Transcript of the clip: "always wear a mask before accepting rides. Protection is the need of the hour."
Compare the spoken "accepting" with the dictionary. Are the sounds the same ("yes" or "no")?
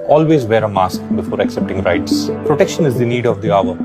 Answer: yes